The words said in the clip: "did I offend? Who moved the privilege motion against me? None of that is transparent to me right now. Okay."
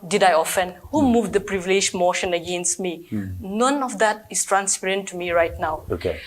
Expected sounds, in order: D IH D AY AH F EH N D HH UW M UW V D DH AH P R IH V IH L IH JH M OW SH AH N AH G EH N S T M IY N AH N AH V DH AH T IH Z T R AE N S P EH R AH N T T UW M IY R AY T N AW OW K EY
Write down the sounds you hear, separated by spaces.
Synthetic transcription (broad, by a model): D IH D AY AH F EH N D HH UW M UW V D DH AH P R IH V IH L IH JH M OW SH AH N AH G EH N S T M IY N AH N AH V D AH T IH S T R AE N S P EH R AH N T T UW M IY R AY T N AW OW K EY